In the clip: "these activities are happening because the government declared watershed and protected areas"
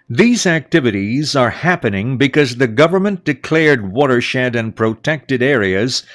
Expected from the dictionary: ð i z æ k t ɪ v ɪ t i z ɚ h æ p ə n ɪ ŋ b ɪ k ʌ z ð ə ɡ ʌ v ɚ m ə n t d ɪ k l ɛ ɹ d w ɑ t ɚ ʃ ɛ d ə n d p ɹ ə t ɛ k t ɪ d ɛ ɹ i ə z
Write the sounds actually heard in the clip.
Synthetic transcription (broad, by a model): ð i z æ k t ɪ v ɪ t i z ɚ h æ p ə n ɪ ŋ b ɪ k ʌ z ð ə ɡ ʌ v ɚ m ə n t d ɪ k l ɛ ɹ d w ɑ t ɚ ʃ ɛ d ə n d p ɹ ə t ɛ k t ɪ d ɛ ɹ i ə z